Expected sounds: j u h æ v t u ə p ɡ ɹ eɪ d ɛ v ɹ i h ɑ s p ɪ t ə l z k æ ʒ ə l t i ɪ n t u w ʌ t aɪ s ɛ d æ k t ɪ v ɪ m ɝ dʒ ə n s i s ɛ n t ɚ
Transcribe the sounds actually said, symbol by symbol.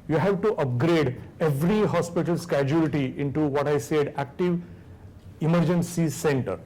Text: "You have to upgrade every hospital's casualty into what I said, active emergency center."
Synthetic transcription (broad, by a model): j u h æ v t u ə p ɡ ɹ eɪ d ɛ v ɹ i h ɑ s p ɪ t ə l s k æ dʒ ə l t i ɪ n t u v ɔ t aɪ s ɛ d æ k t ɪ v ɪ m ɝ dʒ ə n s i s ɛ n t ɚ